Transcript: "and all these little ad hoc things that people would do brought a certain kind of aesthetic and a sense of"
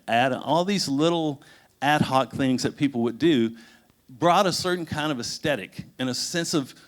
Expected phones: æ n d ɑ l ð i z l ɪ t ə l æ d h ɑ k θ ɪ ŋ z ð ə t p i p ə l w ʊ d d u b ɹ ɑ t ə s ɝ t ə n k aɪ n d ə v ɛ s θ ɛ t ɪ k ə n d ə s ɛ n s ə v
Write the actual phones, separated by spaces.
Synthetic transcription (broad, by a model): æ n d ɑ l ð i z l ɪ t l æ d h ɑ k θ ɪ ŋ z ð ə t p i p l w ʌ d d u b ɹ ɑ t ə s ɝ t n k aɪ n d ə v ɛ s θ ɛ t ɪ k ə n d ə s ɛ n s ə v